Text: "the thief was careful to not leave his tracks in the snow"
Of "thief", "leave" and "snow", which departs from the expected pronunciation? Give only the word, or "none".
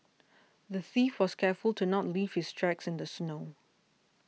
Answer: none